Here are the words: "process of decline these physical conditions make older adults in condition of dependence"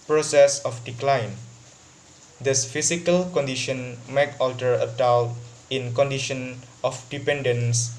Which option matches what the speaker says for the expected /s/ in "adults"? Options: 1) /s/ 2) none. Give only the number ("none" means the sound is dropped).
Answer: 2